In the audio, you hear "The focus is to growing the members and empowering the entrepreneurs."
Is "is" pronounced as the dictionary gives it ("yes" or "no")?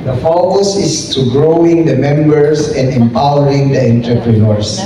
no